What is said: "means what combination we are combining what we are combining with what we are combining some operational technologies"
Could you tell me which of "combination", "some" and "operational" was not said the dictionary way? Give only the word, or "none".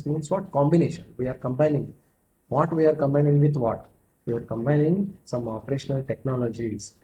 none